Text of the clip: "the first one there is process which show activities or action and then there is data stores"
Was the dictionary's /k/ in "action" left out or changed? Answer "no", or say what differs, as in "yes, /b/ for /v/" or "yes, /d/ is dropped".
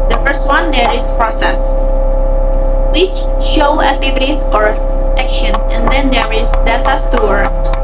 no